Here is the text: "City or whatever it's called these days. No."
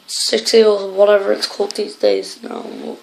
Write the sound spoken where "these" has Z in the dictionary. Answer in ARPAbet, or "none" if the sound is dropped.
Z